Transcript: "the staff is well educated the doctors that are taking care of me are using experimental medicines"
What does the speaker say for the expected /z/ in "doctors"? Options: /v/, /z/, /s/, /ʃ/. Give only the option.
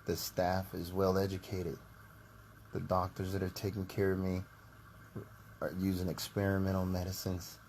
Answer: /z/